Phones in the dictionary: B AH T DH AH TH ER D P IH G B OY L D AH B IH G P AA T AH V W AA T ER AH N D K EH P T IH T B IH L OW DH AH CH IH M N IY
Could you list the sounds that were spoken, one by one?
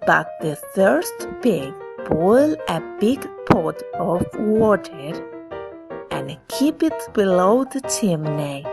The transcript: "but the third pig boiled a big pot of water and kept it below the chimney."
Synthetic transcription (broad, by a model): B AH T DH AH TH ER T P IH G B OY L AH B IH G P AA T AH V W AA T ER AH N K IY P IH T B IH L OW DH AH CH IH M N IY